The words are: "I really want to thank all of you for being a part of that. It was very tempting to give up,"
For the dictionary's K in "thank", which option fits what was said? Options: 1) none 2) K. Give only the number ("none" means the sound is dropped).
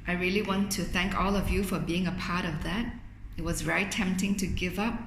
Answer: 2